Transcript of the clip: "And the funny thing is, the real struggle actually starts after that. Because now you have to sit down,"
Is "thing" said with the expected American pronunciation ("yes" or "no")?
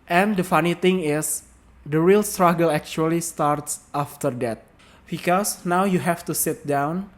no